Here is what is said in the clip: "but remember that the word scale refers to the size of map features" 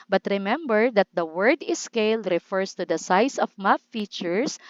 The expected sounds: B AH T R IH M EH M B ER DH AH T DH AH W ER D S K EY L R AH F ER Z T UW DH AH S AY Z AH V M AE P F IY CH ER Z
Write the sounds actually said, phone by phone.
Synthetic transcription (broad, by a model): B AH T R IH M EH M B ER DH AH T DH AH W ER D S K EY L R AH F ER S T UW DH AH S AY S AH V M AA F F IY CH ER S